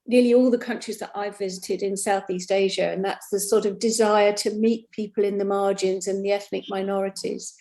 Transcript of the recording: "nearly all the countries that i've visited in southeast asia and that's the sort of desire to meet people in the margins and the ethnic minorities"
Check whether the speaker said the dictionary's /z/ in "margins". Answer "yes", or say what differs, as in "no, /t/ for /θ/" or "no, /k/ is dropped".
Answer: yes